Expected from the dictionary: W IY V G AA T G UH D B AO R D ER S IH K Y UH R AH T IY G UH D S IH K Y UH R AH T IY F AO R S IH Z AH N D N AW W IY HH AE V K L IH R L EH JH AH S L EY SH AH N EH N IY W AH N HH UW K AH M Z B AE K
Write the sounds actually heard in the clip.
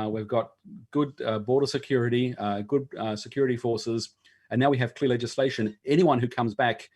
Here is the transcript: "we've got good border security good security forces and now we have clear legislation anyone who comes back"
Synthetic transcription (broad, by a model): W IY V G AA T G UH D B AO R D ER S IH K Y UH R AH T IY G UH D S IH K Y UH R AH T IY F AO R S IH Z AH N N AW W IY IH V K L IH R L EH JH AH S L EY SH AH N EH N IY W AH N HH UW K AH M Z B AE K